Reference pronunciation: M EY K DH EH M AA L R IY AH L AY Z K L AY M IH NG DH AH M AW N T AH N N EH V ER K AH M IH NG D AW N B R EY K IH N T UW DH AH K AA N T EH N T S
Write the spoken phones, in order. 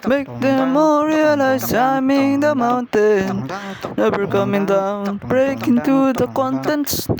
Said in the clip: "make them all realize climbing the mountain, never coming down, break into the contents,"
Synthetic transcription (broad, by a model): M EY K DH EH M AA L R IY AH L AY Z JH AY M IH NG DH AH M AW N T AH N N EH B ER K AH M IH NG D AW N B R EY K IH N T UW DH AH K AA N T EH N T S